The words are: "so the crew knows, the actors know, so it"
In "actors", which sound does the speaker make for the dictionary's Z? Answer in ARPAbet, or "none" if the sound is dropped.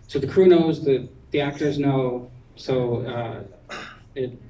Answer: Z